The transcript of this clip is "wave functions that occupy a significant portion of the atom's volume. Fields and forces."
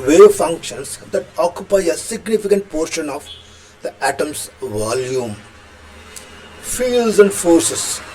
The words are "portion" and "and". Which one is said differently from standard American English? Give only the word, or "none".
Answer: none